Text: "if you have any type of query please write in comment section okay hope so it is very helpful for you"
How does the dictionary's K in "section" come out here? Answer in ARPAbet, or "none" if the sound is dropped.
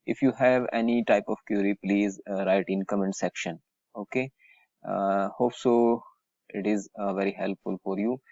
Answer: K